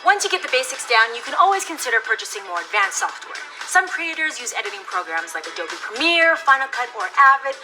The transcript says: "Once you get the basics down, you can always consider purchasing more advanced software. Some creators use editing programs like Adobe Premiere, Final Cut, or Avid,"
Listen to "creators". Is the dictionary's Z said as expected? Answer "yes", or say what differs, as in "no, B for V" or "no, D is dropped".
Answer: yes